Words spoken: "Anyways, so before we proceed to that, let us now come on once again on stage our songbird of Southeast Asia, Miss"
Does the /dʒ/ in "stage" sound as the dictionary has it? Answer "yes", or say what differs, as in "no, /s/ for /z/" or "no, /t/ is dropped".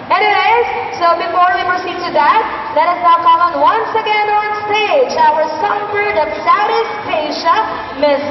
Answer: yes